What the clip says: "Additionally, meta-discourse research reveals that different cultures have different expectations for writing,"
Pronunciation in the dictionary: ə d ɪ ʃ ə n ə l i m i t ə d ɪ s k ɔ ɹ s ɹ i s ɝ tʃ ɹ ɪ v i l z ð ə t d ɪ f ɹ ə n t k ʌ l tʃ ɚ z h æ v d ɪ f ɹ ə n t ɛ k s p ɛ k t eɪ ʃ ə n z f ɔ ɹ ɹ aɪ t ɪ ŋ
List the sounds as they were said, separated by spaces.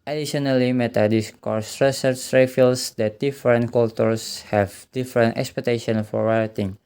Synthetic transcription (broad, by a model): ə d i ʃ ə n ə l i m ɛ t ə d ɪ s k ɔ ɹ s ɹ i s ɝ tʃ ɹ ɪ f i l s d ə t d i f ɹ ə n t k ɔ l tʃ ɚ s h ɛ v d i f ɹ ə n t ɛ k s p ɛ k t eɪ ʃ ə n f ɔ ɹ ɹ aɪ t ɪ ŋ